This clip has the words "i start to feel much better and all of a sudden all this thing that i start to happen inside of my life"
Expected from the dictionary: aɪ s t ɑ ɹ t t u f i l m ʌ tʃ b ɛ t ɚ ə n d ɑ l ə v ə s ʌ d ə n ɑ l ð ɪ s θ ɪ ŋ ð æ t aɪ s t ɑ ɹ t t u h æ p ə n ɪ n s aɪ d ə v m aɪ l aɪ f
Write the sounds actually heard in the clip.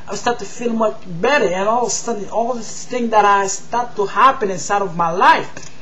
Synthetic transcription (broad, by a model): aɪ s t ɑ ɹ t t u f i l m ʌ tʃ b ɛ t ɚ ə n ɑ l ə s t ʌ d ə ɑ l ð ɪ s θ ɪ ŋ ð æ t aɪ s t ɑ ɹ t t u h æ p ə n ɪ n s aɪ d ə v m aɪ l aɪ f